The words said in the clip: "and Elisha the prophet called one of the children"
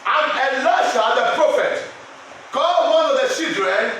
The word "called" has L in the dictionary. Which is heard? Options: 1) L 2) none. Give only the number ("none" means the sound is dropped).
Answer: 2